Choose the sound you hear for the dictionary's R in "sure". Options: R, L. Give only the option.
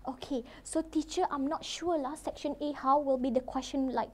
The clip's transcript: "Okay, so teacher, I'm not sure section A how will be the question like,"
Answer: L